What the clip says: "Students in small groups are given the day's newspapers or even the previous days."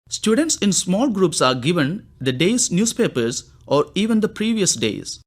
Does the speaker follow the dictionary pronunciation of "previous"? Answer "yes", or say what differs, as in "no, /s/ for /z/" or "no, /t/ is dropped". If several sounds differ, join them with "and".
yes